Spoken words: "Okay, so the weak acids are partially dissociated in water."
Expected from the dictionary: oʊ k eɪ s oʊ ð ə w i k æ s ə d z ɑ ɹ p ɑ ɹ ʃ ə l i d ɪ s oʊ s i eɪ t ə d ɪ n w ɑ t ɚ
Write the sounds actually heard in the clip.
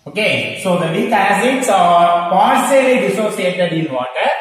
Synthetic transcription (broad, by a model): oʊ k eɪ s oʊ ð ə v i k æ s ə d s ɑ ɹ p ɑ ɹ s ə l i d ɪ s oʊ s i eɪ t ə d ɪ n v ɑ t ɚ